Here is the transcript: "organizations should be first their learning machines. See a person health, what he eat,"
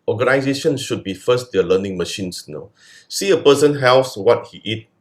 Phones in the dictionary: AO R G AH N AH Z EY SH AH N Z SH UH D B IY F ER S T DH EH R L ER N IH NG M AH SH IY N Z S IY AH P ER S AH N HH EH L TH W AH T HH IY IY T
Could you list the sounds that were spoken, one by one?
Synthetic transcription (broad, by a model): AO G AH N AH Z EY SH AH N SH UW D B IY F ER S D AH L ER N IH NG M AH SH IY N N S IY AH P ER S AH N HH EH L S W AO T HH IY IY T